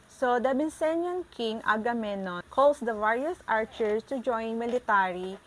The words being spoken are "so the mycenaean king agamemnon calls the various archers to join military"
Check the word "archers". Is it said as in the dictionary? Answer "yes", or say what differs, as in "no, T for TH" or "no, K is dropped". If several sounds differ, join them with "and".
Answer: no, S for Z